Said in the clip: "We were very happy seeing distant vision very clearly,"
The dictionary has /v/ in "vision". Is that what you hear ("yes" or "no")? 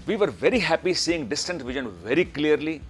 yes